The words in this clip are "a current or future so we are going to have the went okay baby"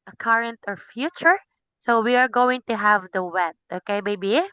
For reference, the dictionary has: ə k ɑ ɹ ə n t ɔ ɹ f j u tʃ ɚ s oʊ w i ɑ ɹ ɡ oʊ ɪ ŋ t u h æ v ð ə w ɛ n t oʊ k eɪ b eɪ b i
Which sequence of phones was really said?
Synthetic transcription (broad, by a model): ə k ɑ ɹ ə n t ɔ ɹ f j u tʃ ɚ s oʊ w i ɑ ɹ ɡ oʊ ɪ ŋ t u h æ v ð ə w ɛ t oʊ k eɪ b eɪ b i